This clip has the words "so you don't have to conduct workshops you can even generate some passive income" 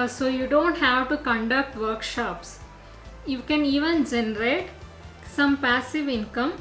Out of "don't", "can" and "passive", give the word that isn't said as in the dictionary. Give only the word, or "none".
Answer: none